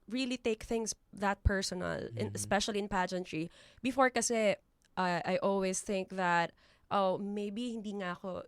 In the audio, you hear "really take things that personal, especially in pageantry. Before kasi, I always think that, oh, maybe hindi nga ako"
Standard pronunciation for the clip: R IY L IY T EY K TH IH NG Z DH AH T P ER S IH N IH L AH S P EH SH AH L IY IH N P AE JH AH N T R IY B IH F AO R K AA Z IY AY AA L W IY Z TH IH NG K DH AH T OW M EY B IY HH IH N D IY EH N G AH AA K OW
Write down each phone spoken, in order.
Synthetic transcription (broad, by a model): R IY L IY T EY K TH IH NG S DH AH T P ER S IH N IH L AH S P EH SH AH L IY IH N P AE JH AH N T R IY B IH F AO R K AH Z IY AY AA L W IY S TH IH NG K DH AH T OW M EY B IY HH IH N D IY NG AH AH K OW